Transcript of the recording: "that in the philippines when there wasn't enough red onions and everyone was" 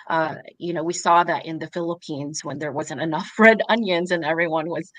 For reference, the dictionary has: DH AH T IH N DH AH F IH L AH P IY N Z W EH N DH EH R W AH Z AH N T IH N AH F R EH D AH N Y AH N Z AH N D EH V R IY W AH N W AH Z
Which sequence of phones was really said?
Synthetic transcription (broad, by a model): DH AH T IH N DH AH F IH L AH P IY N Z W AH N DH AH R W AH Z AH N T IH N AH F R EH D AH N Y AH N Z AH N EH V R IY W AH N W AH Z